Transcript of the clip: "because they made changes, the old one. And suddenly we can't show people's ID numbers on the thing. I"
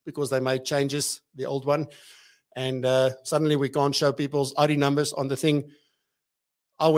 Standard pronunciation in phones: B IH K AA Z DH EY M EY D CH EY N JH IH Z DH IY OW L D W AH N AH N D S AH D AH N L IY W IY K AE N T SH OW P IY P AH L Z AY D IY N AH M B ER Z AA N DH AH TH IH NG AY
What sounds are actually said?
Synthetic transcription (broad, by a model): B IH K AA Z DH EY M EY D CH EY N JH IH Z DH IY OW L D W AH N AH N D S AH D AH N L IY W IY K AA N T SH OW P IY P AH L Z AY D IY N AH M B ER Z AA N DH AH TH IH NG AY